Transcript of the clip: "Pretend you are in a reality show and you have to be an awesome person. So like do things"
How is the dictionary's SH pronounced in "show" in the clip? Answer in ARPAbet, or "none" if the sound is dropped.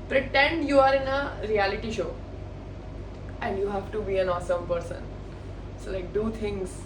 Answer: SH